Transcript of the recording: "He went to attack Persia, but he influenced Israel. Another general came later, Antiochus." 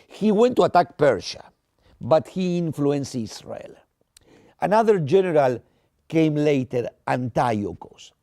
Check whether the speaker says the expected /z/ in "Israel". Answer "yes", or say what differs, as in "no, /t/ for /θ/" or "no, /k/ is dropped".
no, /s/ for /z/